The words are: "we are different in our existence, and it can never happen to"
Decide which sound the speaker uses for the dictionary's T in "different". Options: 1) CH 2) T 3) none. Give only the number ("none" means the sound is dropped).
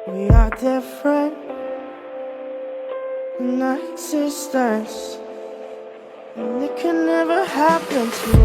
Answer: 3